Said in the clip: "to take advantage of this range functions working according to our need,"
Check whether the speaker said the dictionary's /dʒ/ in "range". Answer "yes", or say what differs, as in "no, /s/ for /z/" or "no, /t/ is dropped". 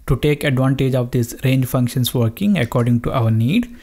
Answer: yes